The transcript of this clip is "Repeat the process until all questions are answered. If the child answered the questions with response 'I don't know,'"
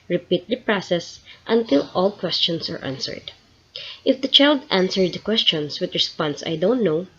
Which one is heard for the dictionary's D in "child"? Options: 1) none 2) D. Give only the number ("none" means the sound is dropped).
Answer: 2